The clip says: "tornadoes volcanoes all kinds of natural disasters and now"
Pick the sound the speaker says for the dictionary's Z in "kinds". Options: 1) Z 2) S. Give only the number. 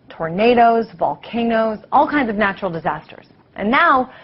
1